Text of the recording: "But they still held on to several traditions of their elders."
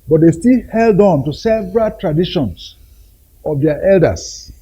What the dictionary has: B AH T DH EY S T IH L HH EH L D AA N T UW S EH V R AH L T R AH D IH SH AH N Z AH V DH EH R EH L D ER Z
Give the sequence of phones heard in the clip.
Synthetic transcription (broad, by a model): B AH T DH EY S T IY L HH EH L D AA N T UW S EH V R AH L T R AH D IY SH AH N S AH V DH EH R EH L D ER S